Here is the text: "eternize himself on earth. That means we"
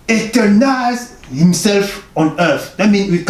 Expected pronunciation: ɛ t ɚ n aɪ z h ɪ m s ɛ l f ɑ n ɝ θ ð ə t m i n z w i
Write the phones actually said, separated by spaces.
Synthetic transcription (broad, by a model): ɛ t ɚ n aɪ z h ɪ m s ɛ l f ɑ n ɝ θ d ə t m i n w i